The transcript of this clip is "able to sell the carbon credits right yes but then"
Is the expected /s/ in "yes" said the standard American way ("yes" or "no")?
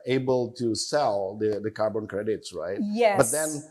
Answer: no